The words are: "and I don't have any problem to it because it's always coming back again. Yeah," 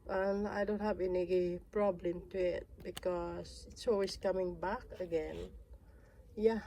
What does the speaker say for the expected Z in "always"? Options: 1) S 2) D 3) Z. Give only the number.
1